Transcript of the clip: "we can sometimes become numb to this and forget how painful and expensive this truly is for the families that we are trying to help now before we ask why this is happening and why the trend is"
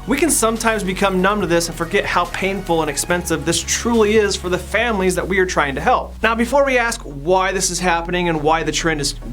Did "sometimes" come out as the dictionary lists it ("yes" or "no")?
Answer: yes